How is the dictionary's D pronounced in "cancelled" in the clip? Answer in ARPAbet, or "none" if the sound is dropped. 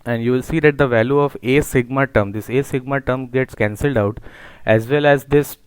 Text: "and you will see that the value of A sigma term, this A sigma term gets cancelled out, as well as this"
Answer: D